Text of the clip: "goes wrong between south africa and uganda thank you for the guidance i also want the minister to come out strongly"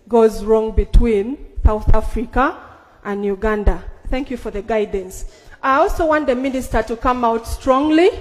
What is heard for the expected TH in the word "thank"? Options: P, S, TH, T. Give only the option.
TH